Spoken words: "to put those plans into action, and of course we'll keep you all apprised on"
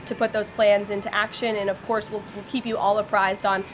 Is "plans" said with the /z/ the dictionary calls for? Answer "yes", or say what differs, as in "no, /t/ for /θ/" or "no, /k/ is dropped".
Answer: yes